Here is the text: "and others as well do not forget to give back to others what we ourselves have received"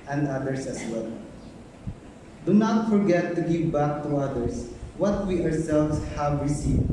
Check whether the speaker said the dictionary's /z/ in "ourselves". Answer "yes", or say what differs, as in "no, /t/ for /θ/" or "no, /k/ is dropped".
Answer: no, /s/ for /z/